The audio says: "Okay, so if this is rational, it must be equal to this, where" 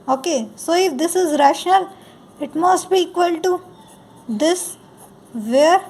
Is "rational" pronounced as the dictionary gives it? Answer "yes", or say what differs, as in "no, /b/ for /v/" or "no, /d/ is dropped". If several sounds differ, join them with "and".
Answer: yes